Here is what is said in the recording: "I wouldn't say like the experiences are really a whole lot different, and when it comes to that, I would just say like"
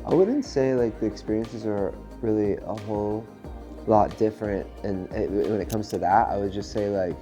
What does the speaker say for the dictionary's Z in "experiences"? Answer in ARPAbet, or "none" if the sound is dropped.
Z